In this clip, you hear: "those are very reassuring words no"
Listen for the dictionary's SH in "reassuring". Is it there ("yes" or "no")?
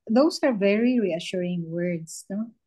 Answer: yes